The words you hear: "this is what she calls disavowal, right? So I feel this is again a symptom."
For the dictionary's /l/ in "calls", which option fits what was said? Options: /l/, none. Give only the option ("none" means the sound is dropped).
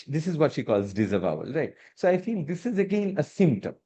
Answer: /l/